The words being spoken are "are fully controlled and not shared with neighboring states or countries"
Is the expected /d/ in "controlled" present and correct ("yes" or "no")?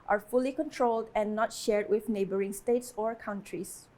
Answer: yes